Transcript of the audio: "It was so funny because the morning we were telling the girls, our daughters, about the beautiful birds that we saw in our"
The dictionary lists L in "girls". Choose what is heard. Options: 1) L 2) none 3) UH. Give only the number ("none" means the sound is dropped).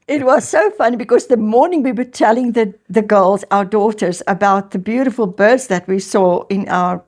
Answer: 1